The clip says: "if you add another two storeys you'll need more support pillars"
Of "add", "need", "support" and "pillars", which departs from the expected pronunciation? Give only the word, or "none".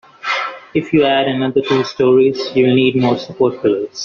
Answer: pillars